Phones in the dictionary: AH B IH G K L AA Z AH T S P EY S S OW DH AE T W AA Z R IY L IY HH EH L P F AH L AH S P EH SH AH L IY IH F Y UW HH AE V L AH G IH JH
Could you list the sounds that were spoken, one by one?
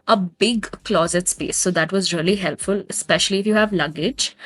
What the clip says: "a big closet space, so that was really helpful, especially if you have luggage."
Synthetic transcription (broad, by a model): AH B IH G K L AA Z AH T S P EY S S OW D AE T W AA Z R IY L IY HH EH L P F AH L AH S P EH SH AH L IY IH F Y UW HH AE V L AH G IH JH